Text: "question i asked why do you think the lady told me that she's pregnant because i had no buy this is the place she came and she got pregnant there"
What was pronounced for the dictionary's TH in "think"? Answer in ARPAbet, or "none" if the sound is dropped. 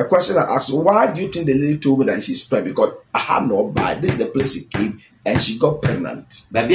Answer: T